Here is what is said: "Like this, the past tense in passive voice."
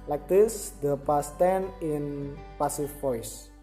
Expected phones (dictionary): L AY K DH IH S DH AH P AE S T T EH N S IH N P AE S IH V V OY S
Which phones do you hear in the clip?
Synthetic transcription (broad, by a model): L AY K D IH S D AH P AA S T T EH N IH N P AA S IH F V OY S